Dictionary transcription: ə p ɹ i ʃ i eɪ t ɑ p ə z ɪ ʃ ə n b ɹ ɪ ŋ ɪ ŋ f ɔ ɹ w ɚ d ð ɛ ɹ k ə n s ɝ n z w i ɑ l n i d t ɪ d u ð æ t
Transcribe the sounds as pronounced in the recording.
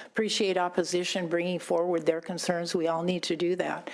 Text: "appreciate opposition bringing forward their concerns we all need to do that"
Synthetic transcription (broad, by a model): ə p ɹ i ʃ i eɪ t ɑ p ə z ɪ ʃ ə n b ɹ ɪ ŋ ɪ ŋ f ɔ ɹ w ɚ d ð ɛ ɹ k ə n s ɝ n z w i ɑ l n i d t ɪ d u ð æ t